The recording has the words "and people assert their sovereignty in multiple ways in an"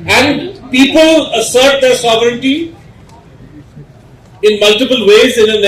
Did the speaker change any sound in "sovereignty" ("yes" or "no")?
no